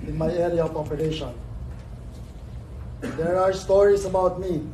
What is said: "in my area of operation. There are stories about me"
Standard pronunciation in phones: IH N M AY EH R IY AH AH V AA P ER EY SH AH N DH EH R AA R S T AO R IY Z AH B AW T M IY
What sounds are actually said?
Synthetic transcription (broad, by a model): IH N M AY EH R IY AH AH P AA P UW EY SH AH N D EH R AA R S T AO R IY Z AH B AW T M IY